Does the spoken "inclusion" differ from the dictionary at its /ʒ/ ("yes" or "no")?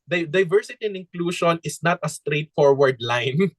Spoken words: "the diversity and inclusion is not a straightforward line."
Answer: yes